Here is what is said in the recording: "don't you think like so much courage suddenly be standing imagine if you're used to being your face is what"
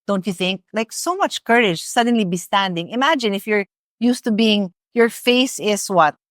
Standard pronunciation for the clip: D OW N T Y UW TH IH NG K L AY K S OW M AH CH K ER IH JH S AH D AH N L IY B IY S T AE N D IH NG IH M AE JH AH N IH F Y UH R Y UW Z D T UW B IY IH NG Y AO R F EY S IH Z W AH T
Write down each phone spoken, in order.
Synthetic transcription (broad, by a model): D OW N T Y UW TH IH NG K L AY K S OW M AH CH K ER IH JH S AH D AH N L IY B IY S T AE N D IH NG IH M AE JH AH N IH F Y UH R Y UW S T UW B IY IH NG Y AO R F EY S IH S W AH T